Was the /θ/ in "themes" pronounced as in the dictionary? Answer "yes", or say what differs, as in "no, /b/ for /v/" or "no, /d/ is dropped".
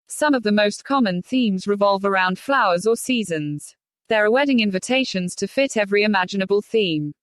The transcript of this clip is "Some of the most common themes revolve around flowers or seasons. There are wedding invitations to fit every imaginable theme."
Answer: yes